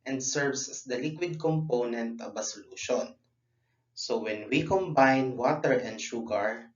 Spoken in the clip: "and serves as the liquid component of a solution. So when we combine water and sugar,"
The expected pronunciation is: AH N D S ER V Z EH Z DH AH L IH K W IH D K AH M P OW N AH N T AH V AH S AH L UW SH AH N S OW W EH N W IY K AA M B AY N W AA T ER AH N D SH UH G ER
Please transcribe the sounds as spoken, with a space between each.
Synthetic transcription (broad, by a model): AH N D S ER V S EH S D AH L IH K W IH D K AH M P OW N AH N T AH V AH S AH L UW SH AH N S OW W EH N W IY K AA M B AY N W AA T ER AH N D SH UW G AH